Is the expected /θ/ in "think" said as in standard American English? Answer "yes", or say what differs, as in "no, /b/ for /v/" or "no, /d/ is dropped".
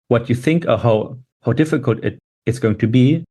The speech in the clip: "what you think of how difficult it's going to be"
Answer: yes